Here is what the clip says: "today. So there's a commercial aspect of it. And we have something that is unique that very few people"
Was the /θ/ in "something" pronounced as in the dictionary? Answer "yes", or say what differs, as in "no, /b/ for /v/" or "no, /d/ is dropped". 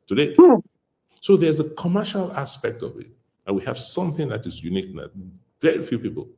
yes